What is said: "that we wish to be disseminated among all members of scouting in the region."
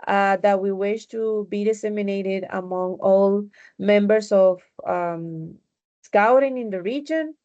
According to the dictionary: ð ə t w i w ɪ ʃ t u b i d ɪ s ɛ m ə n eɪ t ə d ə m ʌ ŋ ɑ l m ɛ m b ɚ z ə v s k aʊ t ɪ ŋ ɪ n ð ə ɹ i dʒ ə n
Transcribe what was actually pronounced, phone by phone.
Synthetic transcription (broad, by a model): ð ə t w i w ɪ ʃ t u b i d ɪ s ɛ m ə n eɪ t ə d ə m ʌ ŋ ɑ l m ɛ m b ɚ s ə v s k aʊ t ɪ ŋ ɪ n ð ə ɹ i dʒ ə n